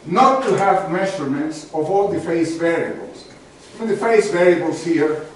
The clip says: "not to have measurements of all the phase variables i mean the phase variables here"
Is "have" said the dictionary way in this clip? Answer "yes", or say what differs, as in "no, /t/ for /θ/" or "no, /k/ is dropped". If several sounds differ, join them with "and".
yes